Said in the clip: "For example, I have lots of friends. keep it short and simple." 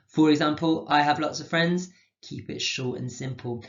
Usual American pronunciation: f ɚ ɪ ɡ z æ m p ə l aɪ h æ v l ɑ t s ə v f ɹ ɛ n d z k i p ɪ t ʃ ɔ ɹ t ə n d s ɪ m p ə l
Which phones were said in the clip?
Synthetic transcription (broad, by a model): f ɚ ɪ ɡ z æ m p ə l aɪ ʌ v l ɑ t s ə v f ɹ ɛ n d z k i p ɪ t ʃ ɔ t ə n s ɪ m p ə l